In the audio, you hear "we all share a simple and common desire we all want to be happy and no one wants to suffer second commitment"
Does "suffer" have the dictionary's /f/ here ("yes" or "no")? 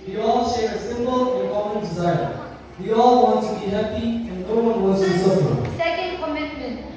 no